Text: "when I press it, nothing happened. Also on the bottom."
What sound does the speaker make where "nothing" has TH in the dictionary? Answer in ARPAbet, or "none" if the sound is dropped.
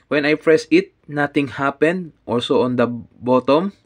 T